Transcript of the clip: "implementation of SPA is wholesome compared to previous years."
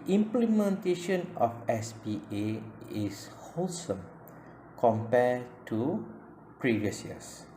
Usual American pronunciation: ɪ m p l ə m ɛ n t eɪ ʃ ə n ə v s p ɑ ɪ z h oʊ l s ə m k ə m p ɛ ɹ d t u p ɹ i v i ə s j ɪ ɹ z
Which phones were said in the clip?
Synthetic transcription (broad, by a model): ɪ m p l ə m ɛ n t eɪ ʃ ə n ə f s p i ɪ s h oʊ l s ə m k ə m p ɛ t u p ɹ i v i ə s j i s